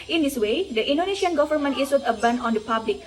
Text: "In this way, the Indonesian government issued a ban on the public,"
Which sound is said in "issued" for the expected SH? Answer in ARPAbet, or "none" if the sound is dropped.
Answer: S